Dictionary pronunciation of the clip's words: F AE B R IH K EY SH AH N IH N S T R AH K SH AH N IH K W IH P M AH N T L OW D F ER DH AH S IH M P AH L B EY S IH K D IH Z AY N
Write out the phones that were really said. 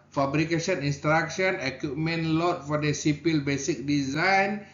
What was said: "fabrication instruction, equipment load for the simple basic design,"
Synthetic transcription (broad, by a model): F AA B R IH K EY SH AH N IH N S T R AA K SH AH N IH K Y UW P M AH N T L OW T F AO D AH S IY P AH L B EY S IH K D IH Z AY N